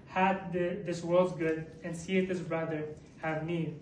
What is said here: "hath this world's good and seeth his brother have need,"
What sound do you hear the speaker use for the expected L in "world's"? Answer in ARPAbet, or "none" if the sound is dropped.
L